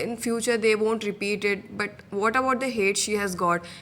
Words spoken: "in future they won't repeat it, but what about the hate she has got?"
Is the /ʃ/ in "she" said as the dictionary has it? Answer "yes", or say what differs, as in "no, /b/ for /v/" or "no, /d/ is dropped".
yes